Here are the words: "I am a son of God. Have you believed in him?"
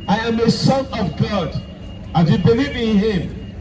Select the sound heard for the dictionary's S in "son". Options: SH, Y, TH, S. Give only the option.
S